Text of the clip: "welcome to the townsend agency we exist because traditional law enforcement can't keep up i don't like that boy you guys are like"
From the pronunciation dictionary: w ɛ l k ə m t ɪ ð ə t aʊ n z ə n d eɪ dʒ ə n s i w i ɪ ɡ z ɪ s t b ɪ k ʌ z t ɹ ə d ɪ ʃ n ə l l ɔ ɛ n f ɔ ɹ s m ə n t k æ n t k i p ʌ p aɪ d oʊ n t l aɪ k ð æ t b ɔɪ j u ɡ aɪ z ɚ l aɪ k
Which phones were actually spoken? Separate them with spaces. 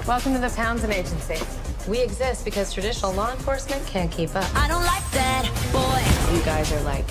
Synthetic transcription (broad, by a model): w ɛ l k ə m t ɪ ð ə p aʊ n z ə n eɪ dʒ ə n s i w i ɪ ɡ z ɪ s t b ɪ k ʌ z t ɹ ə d ɪ ʃ n l l ɔ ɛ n f ɔ ɹ s m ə n k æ n k i p ʌ p aɪ d oʊ n t l aɪ k ð æ t b ɔɪ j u ɡ aɪ z ɚ l aɪ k